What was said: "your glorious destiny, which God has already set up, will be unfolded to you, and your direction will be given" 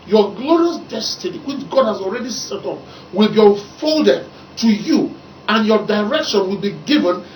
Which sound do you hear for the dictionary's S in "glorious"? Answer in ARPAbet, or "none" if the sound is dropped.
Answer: S